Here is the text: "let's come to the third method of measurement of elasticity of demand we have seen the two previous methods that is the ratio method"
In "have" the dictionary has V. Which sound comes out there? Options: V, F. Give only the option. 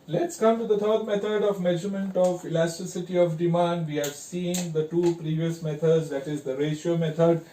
V